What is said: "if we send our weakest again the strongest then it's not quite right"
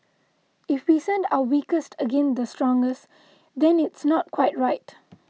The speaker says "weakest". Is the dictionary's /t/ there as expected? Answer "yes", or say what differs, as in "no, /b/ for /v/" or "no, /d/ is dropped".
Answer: yes